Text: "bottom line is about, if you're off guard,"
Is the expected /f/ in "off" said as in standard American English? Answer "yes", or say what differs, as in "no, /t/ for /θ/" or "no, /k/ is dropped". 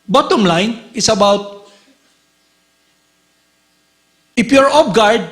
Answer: no, /p/ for /f/